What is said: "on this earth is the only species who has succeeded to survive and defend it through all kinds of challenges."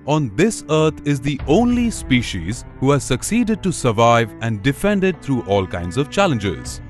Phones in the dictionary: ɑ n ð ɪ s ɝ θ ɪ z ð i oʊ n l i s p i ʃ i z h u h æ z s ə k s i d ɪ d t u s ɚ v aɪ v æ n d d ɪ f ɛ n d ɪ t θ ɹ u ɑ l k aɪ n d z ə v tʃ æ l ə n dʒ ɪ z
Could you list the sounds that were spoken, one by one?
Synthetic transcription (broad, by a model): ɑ n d ɪ s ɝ t ɪ z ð i oʊ n l i s p i ʃ i z h u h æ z s ə k s i d ɪ d t u s ɚ v aɪ v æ n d d ɪ f ɛ n d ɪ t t ɹ u ɑ l k aɪ n d z ə v tʃ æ l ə n dʒ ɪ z